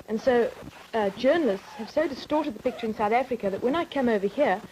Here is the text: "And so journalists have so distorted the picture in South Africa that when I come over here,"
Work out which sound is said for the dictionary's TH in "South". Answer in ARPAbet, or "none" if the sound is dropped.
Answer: TH